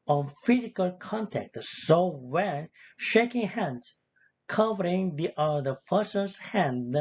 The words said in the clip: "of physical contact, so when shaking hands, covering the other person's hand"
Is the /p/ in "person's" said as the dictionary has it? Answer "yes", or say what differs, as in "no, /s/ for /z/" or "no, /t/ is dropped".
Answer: no, /f/ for /p/